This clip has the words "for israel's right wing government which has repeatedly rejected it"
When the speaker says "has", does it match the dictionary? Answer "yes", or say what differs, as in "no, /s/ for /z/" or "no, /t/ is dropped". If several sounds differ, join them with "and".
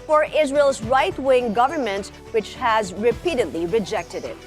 yes